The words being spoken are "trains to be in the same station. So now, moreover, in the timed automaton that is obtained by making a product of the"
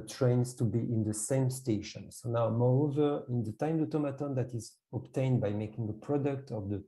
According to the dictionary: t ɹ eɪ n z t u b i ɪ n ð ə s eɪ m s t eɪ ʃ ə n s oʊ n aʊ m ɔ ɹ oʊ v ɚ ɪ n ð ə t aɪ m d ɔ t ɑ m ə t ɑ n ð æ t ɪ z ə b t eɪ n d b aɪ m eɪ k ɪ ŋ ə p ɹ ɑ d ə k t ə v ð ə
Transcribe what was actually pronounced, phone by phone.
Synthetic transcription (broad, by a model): t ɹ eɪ n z t u b i ɪ n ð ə s eɪ m s t eɪ ʃ ə n s oʊ n aʊ m ɔ ɹ oʊ v ɚ ɪ n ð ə t aɪ m d ɔ t ɑ m ə t ɑ n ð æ t ɪ z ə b t eɪ n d b aɪ m eɪ k ɪ ŋ ə p ɹ ɑ d ə k t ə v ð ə